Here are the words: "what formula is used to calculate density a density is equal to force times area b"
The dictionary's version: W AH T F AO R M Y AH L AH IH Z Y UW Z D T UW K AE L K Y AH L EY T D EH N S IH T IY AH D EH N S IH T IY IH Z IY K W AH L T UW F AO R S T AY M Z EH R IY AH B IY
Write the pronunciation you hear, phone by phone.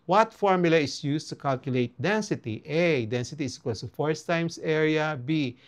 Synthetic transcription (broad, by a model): W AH T F AO R M Y AH L AH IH S Y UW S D T UW K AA L K Y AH L EY T D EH N S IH T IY AH D EH N S IH T IY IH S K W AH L S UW F AO R S T AY M S EH R IY AH B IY